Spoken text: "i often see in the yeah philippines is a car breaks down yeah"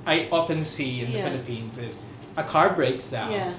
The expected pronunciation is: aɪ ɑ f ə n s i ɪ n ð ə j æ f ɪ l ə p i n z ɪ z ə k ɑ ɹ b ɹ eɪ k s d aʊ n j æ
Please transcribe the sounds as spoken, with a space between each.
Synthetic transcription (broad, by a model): aɪ ɑ f ə n s i ɪ n ð ə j f ɪ l ə p i n z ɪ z ə k ɑ ɹ b ɹ eɪ k s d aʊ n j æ